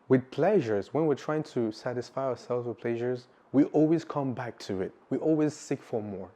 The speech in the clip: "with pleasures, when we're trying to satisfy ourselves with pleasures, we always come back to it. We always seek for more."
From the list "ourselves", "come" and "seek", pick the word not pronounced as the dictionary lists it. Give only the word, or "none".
none